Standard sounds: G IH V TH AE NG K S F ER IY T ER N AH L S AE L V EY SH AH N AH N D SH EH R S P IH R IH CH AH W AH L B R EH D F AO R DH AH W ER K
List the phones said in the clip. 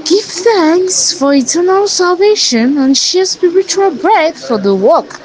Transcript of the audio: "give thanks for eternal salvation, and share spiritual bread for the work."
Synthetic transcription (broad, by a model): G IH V TH AE NG K S F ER IY T ER N AH L S AE L V EY SH AH N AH N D SH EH S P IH R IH CH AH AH L B R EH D F AO R DH AH W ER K